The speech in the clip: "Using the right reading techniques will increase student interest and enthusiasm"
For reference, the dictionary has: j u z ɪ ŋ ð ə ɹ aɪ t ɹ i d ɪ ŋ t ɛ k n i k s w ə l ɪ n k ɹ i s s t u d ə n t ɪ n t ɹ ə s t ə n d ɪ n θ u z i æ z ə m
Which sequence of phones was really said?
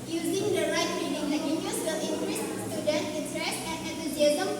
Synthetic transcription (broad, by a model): j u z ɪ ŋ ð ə ɹ aɪ t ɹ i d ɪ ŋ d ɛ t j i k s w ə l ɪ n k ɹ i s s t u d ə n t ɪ t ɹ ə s ə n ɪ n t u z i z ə